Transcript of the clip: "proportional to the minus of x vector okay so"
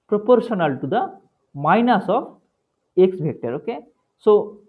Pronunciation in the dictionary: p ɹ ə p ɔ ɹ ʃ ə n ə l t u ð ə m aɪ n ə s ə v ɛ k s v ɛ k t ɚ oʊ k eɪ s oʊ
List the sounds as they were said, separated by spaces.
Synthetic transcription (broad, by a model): p ɹ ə p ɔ ɹ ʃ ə n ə l t u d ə m aɪ n ə s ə f ɛ k s b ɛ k t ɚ oʊ k eɪ s oʊ